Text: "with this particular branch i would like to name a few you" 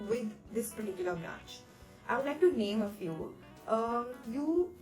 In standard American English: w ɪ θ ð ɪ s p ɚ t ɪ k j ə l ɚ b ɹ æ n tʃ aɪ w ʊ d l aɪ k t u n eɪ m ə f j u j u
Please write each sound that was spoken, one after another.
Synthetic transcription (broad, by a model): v ɪ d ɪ s p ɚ t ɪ k j l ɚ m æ tʃ aɪ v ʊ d l aɪ k t u n eɪ m ə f j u j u